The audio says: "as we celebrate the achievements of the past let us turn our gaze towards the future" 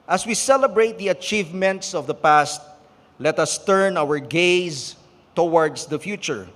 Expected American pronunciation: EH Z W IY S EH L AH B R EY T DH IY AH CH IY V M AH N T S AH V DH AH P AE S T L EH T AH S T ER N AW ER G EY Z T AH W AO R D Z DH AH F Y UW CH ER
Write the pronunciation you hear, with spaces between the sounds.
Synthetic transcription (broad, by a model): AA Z W IY S EH L AH B R EY T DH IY AH CH IY V M AH N T S AH V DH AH P AE S T L EH T AH S T ER N AW ER G EY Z T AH W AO R D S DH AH F Y UW CH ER